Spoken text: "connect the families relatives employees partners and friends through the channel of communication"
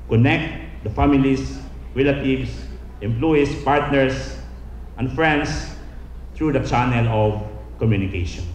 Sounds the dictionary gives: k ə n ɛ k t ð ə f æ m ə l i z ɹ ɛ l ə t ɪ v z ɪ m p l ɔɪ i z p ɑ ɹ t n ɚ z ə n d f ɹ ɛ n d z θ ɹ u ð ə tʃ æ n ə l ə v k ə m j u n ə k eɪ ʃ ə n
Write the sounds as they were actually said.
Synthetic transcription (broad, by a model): k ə n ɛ k t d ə f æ m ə l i s ɹ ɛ l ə t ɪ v s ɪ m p l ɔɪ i s p ɑ ɹ t n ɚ s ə n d f ɹ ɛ n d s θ ɹ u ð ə tʃ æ n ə l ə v k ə m j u n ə k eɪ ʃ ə n